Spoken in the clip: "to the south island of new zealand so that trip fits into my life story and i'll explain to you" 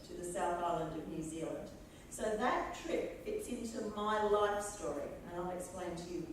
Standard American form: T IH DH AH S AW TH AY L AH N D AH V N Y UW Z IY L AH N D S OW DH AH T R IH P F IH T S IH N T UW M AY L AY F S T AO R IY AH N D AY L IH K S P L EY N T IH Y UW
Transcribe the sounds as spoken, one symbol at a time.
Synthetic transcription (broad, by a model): T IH DH AH S AW TH AY L AH N D AH V N Y UW Z IY L AH N D S OW DH AH T R IH P F IH T S IH N T UW M AY L AY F S T AO R IY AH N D AY L IH K S P L EY N T IH Y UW